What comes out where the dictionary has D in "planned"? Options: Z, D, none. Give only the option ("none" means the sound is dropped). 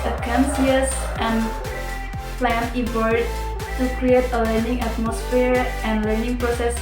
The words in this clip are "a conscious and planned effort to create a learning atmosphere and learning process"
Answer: none